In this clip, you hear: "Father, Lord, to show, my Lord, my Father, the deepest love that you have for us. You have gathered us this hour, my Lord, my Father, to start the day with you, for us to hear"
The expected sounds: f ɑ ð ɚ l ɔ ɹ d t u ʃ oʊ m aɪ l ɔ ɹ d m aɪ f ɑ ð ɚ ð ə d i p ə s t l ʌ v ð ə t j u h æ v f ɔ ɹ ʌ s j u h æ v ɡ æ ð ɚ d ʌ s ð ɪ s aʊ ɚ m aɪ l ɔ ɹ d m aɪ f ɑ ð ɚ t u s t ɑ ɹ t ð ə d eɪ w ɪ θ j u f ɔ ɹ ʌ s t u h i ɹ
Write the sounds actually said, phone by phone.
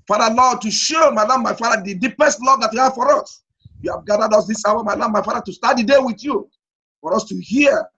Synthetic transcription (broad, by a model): f ɑ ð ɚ l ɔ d t u ʃ oʊ m aɪ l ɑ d m aɪ f ɑ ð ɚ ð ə d i p ə s t l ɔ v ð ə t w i h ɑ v f ɔ ɹ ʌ s j u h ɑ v ɡ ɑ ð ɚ d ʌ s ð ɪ s aʊ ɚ m aɪ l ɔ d m aɪ f ɑ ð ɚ t u s t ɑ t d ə d eɪ w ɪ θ j u f ɔ ɹ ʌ s t u h i